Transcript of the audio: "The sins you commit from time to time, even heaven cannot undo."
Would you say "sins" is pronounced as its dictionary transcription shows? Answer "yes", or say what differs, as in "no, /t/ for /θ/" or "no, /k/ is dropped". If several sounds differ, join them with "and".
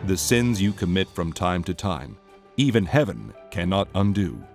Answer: yes